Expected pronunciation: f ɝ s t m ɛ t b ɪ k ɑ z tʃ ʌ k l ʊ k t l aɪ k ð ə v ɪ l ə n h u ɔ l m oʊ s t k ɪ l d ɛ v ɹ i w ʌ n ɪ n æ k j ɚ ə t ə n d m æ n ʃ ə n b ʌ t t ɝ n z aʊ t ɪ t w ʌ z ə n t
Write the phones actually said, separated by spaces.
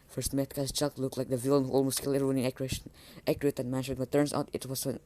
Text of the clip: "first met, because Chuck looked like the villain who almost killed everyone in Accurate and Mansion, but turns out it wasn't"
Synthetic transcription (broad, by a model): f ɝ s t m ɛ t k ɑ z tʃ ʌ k l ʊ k l aɪ k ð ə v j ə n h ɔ l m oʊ s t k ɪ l ɛ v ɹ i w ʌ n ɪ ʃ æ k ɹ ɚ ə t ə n m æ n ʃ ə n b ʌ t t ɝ n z aʊ t ɪ t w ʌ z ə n